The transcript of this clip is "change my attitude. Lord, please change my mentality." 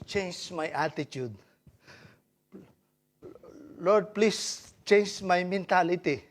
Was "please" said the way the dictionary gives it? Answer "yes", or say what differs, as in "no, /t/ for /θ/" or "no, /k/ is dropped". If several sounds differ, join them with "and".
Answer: no, /s/ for /z/